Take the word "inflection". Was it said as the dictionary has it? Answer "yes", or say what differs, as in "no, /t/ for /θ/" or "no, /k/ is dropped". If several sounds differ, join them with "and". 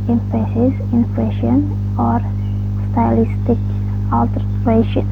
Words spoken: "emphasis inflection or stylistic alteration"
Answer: no, /k/ is dropped